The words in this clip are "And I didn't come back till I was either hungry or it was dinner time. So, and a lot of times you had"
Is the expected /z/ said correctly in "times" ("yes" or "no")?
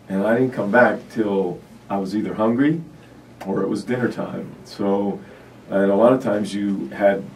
yes